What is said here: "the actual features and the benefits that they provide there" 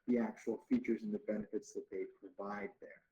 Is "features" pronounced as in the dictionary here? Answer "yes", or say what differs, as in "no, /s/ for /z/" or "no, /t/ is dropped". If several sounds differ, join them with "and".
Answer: yes